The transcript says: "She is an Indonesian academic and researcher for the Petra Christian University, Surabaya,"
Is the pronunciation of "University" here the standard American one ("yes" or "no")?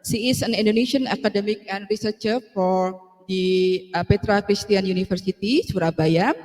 no